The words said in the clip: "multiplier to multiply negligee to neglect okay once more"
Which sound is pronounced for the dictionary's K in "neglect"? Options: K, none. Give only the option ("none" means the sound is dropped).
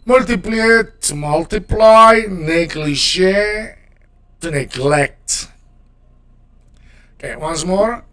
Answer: K